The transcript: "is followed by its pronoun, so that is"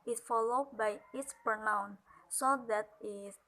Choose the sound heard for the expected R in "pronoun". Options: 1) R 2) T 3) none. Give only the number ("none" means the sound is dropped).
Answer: 3